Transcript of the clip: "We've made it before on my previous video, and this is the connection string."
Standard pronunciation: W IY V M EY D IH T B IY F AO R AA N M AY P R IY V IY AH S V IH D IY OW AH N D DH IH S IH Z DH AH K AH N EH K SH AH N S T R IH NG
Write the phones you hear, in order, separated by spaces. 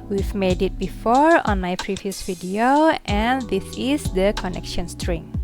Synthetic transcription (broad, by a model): W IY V M EY D IH T B IY F AO R AA N M AY P R IY V IY AH S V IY D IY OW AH N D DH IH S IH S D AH K AH N EH K SH AH N S T R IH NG